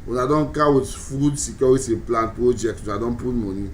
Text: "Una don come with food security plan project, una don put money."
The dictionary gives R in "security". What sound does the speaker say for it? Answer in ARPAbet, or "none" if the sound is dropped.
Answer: W